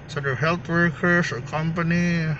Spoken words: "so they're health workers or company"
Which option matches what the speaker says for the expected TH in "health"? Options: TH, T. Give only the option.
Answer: T